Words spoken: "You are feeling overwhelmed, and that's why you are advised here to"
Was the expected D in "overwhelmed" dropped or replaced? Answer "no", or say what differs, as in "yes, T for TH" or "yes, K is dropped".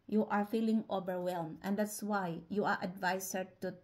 yes, D is dropped